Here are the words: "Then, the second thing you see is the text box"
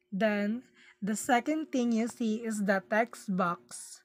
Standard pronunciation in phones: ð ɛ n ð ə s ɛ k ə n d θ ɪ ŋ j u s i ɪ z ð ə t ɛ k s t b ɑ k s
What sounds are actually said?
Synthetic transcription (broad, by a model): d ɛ n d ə s ɛ k ə n d t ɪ ŋ j u s i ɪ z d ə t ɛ k s b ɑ k s